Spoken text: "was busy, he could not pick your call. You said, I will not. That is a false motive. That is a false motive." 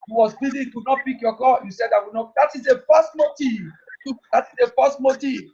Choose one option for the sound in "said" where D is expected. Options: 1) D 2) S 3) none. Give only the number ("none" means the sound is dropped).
1